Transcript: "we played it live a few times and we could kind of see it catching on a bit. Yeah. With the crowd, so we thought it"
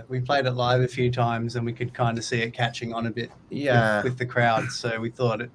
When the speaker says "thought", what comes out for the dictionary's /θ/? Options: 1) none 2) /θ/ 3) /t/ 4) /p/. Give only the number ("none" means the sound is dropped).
2